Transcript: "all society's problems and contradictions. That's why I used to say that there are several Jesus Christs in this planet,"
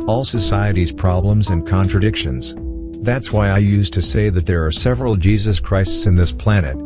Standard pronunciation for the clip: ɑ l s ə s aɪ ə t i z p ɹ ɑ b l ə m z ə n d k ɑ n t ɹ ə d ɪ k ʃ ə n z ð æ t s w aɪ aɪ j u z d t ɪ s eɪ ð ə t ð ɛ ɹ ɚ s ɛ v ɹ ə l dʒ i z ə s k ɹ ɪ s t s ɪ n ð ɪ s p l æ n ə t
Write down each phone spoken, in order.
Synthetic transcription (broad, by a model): ɑ l s ə s aɪ ə t i z p ɹ ɑ b l ə m z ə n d k ɑ n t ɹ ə d ɪ k ʃ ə n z ð æ t s w aɪ aɪ j u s t ɪ s eɪ ð ə t ð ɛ ɹ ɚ s ɛ v ɹ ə l dʒ i z ə s k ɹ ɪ s t s ɪ n ð ɪ s p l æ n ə t